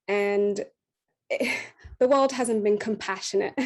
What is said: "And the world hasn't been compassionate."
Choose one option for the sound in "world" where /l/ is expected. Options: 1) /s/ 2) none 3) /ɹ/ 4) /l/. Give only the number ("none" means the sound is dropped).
4